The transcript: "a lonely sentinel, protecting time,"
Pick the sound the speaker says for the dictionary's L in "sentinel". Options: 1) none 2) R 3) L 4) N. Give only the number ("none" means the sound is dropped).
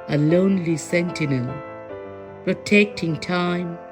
4